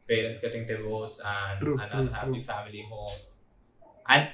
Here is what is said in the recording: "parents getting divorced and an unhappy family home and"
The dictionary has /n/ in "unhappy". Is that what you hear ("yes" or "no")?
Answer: no